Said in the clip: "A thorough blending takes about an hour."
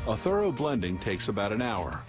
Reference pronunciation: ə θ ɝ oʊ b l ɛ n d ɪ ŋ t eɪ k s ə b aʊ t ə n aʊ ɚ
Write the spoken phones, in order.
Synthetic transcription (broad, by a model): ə θ ɝ oʊ b l ɛ n d ɪ ŋ t eɪ k s ə b aʊ t ə n aʊ ɚ